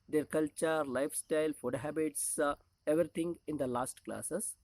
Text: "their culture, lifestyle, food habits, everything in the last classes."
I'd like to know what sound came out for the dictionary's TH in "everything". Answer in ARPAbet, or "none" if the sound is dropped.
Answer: T